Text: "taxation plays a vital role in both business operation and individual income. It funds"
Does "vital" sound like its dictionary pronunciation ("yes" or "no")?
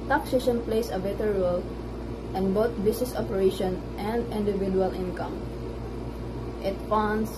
no